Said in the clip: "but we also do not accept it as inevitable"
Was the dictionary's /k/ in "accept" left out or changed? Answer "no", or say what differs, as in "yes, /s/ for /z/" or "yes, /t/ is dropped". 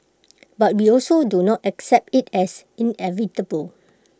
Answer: no